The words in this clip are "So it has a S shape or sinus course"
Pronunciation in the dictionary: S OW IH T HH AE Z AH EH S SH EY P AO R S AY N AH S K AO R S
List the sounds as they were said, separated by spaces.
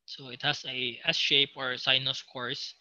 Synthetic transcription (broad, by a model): S OW IH T HH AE S AH EH S SH EY P AO R S AY N AH S K AO R S